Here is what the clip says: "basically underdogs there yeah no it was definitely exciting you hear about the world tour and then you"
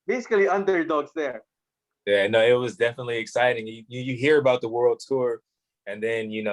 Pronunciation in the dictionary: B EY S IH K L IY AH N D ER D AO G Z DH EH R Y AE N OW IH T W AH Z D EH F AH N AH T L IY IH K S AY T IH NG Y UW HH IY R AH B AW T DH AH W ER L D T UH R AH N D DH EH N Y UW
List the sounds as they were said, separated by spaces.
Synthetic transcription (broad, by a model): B EY S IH K L IY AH N D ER D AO G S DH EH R Y AE N OW IH T W AH Z D EH F AH N AH T L IY IH K S AY T IH NG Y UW HH IY R AH B AW T DH AH W ER L D T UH R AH N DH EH N Y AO